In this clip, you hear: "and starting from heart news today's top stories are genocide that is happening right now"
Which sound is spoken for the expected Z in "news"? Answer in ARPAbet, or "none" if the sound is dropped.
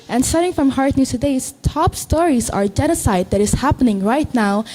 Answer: none